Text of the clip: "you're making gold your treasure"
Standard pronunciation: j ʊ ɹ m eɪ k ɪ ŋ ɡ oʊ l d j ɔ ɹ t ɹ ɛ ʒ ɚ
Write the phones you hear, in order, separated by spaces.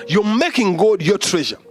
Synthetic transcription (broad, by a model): j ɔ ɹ m eɪ k ɪ ŋ ɡ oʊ d j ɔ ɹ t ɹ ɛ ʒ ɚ